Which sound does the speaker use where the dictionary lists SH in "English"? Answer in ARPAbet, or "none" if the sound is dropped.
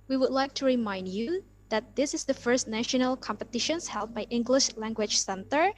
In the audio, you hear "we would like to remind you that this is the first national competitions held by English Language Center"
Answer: SH